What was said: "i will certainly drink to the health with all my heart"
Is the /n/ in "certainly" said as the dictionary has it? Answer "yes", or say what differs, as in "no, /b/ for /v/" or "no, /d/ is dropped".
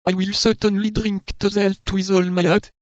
yes